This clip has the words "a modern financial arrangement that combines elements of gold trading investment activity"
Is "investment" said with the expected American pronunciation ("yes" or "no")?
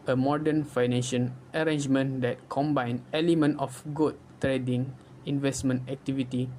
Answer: yes